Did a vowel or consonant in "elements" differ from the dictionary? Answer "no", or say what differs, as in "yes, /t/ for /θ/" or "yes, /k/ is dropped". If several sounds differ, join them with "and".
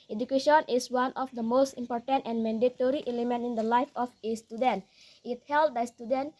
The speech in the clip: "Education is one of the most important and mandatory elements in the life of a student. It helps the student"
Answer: yes, /s/ is dropped